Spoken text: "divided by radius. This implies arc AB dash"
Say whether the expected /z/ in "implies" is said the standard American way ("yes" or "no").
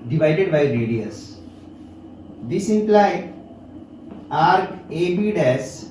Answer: no